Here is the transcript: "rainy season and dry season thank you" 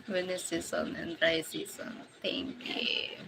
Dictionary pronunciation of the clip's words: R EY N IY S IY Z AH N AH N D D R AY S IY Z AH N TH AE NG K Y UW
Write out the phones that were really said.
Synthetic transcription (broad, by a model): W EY N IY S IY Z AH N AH N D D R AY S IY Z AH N T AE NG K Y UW